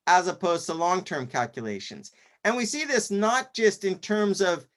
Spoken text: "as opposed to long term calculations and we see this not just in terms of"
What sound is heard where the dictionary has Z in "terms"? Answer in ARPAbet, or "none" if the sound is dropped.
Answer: Z